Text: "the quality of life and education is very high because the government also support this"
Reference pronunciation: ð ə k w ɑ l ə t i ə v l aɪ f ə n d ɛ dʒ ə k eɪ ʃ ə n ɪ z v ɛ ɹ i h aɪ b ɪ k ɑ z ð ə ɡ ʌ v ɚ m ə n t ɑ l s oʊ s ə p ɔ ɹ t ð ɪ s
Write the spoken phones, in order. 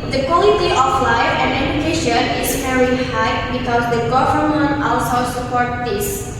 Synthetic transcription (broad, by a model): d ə k w ɑ l ə t i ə f l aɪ ə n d ɛ dʒ ə k eɪ ʃ ə n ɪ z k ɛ ɹ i h aɪ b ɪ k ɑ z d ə ɡ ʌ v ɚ m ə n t ɑ l s oʊ s ə p ɔ ɹ t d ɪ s